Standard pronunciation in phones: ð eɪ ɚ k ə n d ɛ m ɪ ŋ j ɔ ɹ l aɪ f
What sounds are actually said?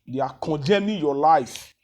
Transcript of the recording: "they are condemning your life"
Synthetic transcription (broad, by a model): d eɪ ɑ k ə d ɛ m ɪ j ɔ l aɪ f